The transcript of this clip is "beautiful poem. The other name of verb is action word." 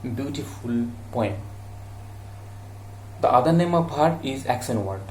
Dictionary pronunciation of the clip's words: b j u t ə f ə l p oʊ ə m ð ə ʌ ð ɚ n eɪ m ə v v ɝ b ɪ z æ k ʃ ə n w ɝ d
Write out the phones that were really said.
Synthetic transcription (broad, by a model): b j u t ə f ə l p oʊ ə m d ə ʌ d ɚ n eɪ m ə v p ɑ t ɪ z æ k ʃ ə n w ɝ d